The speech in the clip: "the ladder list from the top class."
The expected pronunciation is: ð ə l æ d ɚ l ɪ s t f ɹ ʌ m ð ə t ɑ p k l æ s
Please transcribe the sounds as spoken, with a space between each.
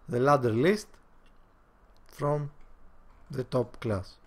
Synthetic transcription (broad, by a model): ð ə l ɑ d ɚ l ɪ s t f ɹ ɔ m ð ə t ɑ p k l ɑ s